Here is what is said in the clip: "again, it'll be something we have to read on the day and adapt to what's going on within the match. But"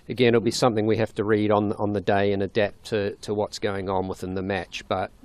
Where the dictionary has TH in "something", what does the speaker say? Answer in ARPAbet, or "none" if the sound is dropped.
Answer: TH